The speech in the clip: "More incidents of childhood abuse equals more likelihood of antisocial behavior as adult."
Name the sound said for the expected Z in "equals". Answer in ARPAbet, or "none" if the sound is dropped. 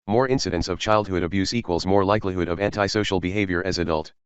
Z